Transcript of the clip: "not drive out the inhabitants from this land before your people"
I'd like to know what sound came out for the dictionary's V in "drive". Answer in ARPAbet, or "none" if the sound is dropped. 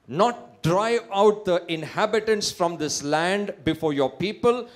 none